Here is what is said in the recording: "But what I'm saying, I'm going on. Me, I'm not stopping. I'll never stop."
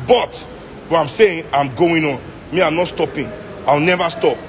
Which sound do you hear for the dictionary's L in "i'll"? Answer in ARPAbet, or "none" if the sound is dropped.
W